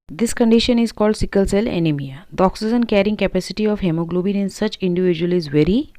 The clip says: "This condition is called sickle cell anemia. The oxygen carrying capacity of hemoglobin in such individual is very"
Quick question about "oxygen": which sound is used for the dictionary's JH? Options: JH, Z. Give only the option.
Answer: Z